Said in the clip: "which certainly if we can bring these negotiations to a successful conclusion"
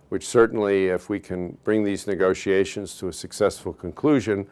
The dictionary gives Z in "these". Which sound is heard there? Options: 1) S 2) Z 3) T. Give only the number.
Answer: 2